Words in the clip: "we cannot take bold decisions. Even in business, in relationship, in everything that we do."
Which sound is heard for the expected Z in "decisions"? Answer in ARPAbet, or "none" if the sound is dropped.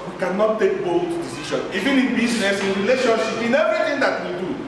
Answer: none